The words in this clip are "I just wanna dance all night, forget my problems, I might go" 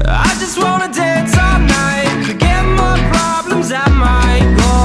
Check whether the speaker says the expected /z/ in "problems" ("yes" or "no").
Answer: yes